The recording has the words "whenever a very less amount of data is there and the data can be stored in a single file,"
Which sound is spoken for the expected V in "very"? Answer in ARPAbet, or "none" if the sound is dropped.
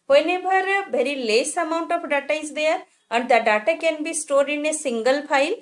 B